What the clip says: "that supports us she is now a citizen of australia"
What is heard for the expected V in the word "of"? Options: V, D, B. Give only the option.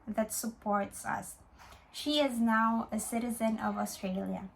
V